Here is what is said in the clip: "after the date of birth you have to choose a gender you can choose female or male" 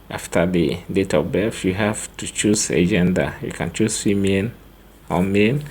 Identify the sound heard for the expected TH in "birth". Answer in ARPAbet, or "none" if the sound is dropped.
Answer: F